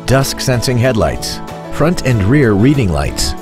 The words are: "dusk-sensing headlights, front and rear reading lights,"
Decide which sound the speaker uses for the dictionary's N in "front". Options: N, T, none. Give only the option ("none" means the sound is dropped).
N